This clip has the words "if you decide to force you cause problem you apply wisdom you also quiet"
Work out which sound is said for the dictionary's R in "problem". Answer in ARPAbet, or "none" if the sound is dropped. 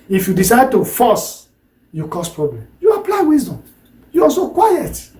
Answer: R